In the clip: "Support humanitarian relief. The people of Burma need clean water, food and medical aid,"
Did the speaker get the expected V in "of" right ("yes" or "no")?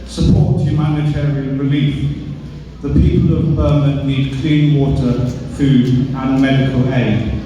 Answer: yes